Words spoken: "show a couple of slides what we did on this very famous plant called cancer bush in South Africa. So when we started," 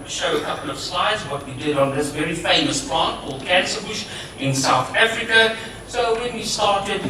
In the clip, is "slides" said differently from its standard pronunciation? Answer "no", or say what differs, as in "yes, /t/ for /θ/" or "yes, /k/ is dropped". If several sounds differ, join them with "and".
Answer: no